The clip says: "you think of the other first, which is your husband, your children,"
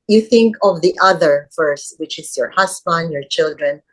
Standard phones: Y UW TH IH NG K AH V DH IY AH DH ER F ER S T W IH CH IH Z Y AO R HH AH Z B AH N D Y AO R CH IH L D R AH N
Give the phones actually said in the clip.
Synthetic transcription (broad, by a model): Y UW TH IH NG K AH V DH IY AH DH ER F ER S T W IH CH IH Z Y AO R HH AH S B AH N D Y AO R CH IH L D R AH N